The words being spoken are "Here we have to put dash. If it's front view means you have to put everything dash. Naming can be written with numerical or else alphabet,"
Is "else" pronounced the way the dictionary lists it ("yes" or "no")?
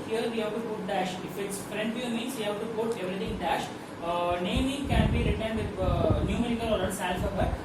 no